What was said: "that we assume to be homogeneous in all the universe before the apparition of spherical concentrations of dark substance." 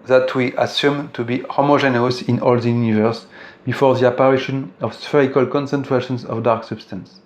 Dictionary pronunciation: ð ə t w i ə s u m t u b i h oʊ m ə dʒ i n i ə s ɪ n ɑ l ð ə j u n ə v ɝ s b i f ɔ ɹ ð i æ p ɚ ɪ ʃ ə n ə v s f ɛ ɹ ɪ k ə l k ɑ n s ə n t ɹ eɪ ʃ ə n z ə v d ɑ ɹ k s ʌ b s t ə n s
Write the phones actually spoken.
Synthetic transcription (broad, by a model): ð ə t w i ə s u m t u b i h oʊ m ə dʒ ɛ n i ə s ɪ n ɑ l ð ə j u n ə v ɝ s b i f ɔ ɹ ð i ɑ p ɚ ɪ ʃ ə n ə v s f ɛ ɹ ɪ k ə l k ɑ n s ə n t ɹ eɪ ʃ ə n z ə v d ɑ ɹ k s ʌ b s t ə n s